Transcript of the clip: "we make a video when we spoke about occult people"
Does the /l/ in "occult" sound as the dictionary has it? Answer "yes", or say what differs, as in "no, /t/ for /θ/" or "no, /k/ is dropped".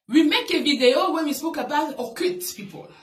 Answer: no, /l/ is dropped